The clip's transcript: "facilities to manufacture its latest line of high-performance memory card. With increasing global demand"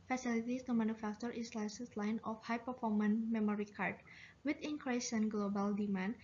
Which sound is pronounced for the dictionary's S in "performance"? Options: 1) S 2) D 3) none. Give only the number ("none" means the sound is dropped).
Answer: 3